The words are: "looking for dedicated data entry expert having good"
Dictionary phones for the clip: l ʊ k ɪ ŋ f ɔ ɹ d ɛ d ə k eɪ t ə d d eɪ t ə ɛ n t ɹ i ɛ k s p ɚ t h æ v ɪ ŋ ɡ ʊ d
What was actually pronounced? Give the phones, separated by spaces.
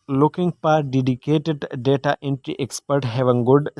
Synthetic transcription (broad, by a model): l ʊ k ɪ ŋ p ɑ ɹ d ɛ d ə k eɪ t ə d d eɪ t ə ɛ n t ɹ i ɛ k s p ɚ t h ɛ v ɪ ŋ ɡ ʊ d